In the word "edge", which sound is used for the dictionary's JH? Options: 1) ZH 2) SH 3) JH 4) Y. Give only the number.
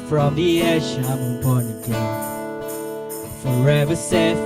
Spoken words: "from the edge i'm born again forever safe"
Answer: 2